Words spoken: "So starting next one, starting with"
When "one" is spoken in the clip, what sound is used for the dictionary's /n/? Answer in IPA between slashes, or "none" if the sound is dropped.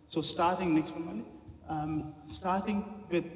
/l/